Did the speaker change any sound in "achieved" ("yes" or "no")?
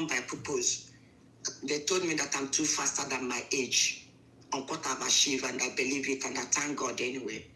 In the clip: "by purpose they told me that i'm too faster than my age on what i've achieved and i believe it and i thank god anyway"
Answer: yes